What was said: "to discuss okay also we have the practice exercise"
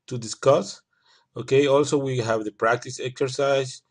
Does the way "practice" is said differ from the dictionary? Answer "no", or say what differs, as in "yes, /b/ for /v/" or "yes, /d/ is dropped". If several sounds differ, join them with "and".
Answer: no